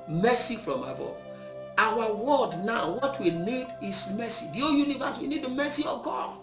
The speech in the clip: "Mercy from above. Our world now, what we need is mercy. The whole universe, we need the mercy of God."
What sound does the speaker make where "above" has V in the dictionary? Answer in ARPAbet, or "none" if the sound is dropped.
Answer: none